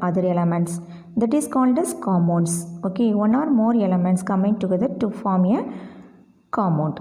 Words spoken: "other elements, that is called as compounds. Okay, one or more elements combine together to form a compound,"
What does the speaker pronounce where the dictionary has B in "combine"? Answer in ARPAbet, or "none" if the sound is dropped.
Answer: none